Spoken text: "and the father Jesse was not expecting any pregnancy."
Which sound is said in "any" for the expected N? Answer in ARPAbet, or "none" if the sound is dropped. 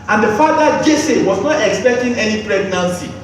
N